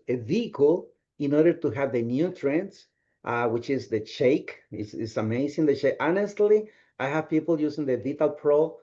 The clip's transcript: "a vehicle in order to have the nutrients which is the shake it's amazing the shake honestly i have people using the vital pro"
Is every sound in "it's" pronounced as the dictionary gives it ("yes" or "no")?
no